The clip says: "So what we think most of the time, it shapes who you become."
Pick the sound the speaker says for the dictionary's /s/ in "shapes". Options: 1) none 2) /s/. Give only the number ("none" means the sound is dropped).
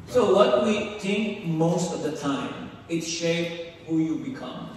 1